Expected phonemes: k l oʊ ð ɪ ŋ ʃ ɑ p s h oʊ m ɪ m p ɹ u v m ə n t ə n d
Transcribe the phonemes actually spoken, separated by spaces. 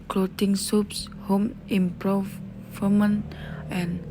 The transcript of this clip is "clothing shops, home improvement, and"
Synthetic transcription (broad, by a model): k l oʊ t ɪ ŋ s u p s h oʊ m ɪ m p ɹ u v m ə n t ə n